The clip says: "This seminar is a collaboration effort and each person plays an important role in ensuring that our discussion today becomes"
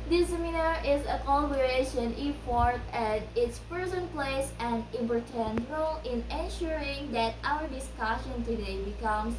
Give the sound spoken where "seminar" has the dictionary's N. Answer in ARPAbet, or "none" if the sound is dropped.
N